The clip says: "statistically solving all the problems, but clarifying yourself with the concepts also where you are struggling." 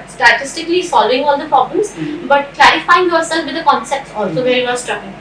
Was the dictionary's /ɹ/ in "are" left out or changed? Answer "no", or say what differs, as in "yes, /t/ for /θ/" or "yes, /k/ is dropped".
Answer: yes, /l/ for /ɹ/